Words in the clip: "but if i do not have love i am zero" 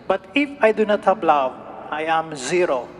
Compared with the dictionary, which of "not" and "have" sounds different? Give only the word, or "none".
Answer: have